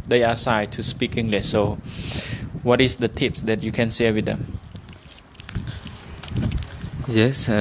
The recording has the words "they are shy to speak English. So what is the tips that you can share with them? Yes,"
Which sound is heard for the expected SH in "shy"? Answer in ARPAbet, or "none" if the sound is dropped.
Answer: S